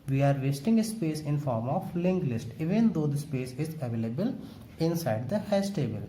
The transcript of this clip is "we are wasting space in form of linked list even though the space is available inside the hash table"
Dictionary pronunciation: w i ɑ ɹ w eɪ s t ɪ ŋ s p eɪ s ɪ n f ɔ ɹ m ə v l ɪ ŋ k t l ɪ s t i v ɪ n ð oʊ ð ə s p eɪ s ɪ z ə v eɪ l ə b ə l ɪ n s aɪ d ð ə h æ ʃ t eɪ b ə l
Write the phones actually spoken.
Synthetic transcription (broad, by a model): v i ɑ ɹ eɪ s t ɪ ŋ s p eɪ s ɪ n f ɔ ɹ m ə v l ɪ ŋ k l ɪ s t i v ɪ n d oʊ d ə s p eɪ s ɪ z ə v eɪ l ə b ə l ɪ n s aɪ d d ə h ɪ s t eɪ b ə l